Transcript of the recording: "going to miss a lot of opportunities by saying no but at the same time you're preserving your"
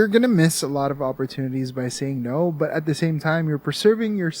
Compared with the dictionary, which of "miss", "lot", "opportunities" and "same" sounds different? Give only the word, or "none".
none